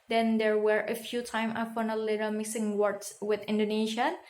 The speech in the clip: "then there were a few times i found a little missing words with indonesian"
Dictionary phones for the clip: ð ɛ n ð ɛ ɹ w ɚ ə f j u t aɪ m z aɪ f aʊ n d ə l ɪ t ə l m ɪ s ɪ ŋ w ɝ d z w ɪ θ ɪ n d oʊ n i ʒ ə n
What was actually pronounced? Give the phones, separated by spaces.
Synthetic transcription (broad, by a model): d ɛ n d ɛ ɹ w ɚ ə f j u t aɪ m aɪ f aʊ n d ə l ɪ t ə l m ɪ s ɪ ŋ w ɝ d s w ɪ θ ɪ n d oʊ n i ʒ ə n